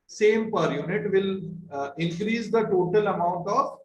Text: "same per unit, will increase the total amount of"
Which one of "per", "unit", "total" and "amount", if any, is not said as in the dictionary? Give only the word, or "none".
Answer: none